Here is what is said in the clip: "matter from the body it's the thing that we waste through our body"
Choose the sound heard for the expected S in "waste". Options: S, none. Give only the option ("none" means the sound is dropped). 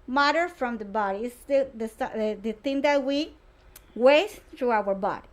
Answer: none